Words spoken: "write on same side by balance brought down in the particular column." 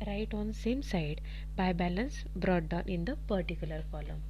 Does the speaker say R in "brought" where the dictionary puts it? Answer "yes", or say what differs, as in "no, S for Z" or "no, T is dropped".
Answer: yes